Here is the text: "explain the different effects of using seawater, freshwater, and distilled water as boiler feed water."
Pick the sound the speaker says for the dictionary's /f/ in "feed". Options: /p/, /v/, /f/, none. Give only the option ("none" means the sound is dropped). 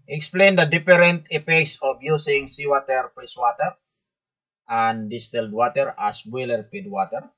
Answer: /p/